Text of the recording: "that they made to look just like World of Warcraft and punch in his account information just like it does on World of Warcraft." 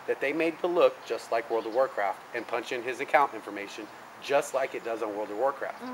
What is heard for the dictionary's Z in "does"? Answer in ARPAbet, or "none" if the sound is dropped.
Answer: Z